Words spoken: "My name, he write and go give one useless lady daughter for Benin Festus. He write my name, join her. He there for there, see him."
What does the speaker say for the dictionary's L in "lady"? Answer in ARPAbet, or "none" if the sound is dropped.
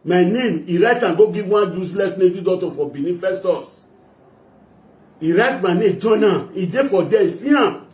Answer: N